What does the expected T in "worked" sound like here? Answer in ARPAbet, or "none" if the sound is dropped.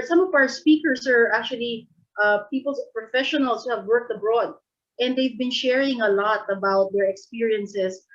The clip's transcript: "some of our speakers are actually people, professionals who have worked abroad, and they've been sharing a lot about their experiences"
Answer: T